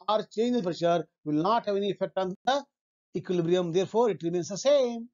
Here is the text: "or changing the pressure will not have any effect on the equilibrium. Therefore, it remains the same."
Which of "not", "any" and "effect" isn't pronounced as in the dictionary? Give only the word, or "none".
none